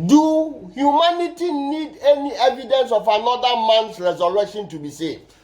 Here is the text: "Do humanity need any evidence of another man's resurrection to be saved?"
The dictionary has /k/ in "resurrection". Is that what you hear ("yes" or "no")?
no